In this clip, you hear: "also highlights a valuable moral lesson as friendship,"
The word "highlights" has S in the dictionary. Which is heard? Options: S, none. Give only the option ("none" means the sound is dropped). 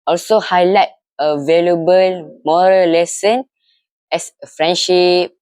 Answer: none